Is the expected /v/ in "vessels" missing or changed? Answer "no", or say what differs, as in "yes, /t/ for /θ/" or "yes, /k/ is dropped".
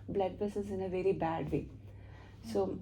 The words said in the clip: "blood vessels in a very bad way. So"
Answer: yes, /b/ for /v/